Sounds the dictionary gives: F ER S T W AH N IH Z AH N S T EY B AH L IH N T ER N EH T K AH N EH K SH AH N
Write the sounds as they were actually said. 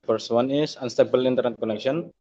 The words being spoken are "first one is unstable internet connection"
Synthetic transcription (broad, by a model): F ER S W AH N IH S AH N S T EY B AH L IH N T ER N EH T K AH N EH K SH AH N